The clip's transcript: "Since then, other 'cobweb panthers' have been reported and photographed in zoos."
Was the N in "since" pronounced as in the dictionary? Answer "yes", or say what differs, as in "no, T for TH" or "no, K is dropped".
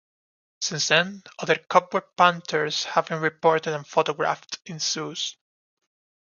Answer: yes